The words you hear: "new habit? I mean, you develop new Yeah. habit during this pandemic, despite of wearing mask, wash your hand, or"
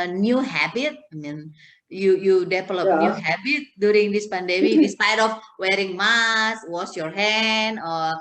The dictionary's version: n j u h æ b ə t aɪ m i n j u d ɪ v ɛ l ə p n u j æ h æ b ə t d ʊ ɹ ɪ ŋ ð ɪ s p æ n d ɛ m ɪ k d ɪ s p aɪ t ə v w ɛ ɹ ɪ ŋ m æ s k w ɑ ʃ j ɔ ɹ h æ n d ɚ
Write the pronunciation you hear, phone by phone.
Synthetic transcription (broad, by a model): n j u h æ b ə t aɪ m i n j u d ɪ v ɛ l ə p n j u h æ b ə t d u ɹ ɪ ŋ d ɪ s p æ n d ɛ m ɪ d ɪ s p aɪ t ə f w ɛ ɹ ɪ ŋ m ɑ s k w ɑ s j ɔ ɹ h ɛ n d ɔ